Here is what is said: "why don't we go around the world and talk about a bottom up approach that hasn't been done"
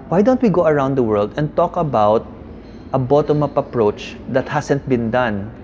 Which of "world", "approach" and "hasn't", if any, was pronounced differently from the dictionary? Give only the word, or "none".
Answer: hasn't